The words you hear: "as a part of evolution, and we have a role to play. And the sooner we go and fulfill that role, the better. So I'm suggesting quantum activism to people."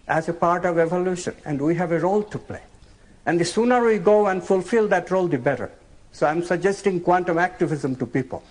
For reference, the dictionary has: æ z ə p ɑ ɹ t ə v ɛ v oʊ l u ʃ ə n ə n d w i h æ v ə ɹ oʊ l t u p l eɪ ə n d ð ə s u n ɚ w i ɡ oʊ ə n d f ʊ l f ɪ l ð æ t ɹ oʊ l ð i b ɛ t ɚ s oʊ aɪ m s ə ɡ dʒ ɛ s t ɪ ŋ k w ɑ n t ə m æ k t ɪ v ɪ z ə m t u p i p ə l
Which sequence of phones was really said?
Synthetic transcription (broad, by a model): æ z ə p ɑ ɹ t ə v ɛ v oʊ l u ʃ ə n ə n d w i h æ v ə ɹ oʊ l t u p l eɪ ə n d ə s u n ɚ w i ɡ oʊ ə n d f ʊ l f ɪ l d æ t ɹ oʊ l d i b ɛ t ɚ s oʊ aɪ m s ə ɡ dʒ ɛ s t ɪ ŋ k w ɑ n t ə m æ k t ɪ v ɪ z ə m t u p i p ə l